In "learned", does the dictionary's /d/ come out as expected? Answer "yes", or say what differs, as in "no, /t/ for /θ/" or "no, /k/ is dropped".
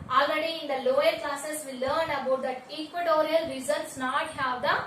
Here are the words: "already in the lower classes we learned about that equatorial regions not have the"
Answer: no, /d/ is dropped